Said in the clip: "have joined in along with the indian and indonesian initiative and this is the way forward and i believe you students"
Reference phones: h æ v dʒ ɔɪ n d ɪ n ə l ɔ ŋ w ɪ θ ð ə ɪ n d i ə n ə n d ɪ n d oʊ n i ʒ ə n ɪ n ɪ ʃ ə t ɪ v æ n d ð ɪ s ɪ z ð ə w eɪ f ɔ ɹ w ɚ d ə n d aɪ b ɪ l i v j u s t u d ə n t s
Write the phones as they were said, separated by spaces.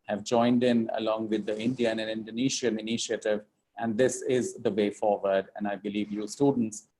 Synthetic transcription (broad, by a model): h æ v dʒ ɔɪ n d ɪ n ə l ɔ ŋ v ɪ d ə ɪ n d i ə n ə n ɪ n d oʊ n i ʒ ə n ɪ n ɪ ʃ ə t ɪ v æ n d ɪ s ɪ z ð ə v eɪ f ɔ ɹ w ɚ d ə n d aɪ b ɪ l i v j u s t u d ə n t s